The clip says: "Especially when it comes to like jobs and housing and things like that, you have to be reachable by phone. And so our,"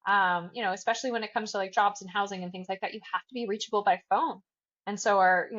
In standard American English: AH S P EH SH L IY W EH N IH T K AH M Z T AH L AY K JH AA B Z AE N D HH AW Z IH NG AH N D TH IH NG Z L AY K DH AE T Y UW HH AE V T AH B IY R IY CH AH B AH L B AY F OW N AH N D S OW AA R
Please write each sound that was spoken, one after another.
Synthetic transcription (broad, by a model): AH S P EH SH L IY W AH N IH T K AH M Z T AH L AY K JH AA B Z N HH AW Z IH NG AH N TH IH NG Z L AY K DH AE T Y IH HH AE F T AH B IY R IY CH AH B L B AY F OW N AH N S OW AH R